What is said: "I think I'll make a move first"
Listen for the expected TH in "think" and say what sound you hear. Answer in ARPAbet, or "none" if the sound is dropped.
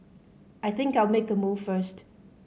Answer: TH